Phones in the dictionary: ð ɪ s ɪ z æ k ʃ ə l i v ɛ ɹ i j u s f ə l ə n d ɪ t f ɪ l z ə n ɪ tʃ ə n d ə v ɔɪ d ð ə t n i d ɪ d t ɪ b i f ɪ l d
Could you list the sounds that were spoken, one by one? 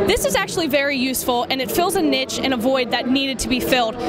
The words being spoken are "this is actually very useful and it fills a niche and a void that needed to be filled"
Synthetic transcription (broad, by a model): ð ɪ s ɪ z æ k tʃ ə l i v ɛ ɹ i j u s f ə l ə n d ɪ t f ɪ l z ə n ɪ tʃ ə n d ə v ɔɪ d ð ə t n i d ɪ d t ɪ b i f ɪ l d